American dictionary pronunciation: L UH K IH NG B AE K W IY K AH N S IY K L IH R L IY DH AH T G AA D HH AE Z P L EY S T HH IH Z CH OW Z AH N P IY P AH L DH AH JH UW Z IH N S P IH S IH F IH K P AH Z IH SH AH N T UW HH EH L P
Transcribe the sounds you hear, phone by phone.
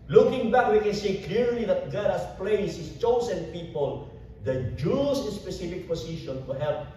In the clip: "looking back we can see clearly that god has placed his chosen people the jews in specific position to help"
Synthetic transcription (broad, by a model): L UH K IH NG B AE K W IY K AH N S IY K L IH R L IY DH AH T G AA D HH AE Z P L EY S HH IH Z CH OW S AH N P IY P AH L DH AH JH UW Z IH N S P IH S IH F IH K P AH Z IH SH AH N T UW HH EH L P